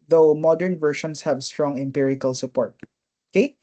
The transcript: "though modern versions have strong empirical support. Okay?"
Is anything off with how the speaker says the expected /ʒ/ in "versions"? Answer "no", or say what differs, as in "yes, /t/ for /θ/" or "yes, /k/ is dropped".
yes, /ʃ/ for /ʒ/